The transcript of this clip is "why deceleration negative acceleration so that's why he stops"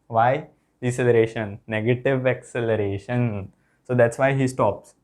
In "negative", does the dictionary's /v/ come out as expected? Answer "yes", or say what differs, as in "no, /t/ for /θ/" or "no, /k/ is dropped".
yes